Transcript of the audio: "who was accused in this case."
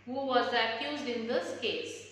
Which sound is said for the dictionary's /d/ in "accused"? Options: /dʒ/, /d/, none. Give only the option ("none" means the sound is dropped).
/d/